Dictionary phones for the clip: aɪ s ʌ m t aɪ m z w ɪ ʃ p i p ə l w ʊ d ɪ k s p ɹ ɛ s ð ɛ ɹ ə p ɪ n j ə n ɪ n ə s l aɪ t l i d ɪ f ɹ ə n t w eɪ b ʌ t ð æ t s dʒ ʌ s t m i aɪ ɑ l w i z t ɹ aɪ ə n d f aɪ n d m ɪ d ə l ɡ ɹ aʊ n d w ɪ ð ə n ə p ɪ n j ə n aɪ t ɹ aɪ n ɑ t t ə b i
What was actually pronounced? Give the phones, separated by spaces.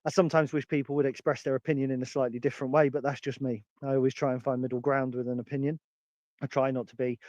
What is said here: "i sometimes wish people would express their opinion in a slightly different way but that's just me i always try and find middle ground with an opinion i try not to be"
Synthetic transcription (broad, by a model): aɪ s ʌ m t aɪ m z w ɪ ʃ p i p ə l w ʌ d ɪ k s p ɹ ɛ s ð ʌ ɹ ə p ɪ n j ə n ɪ n ə s l aɪ t l i d ɪ f ɹ ə n t w eɪ b ʌ t ð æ t s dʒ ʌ s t m i aɪ ɑ l w i z t ɹ aɪ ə n f aɪ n m ɪ d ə l ɡ ɹ aʊ n d w ɪ ð ə n ə p ɪ n j ə n aɪ t ɹ aɪ n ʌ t t ə b i